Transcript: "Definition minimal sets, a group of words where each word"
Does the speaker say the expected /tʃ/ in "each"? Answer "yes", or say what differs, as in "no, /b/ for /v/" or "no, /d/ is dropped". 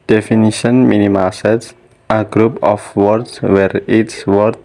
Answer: no, /s/ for /tʃ/